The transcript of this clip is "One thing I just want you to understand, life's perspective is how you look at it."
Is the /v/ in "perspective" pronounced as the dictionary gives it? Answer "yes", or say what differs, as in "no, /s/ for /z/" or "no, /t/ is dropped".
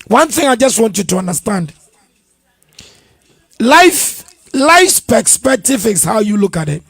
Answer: no, /f/ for /v/